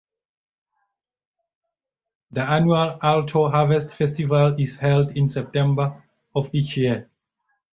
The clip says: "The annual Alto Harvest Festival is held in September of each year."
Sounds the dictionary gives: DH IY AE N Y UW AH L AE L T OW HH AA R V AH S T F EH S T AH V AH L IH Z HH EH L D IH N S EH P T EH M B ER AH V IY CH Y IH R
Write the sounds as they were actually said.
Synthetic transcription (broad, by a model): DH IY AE N Y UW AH L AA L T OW HH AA V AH S T F EH S T AH V AH L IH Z HH EH L D IH N S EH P T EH M B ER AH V IY CH Y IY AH